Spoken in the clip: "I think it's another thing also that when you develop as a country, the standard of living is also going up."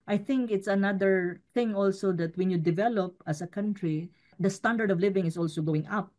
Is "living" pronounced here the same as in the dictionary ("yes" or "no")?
yes